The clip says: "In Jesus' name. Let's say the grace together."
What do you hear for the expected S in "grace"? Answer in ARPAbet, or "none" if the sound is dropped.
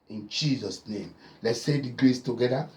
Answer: S